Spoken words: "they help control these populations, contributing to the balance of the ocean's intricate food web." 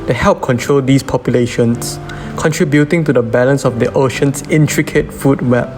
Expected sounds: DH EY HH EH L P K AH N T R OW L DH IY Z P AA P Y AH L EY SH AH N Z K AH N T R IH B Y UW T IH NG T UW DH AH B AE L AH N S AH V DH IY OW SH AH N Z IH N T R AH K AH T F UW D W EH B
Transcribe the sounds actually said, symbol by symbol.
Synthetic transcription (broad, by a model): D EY HH EH L P K AH N T R OW L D IY S P AA P Y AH L EY SH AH N S K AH N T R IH B Y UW T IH NG T UW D AH B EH L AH N S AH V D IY OW SH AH N S IH N T R AH K AH T F UW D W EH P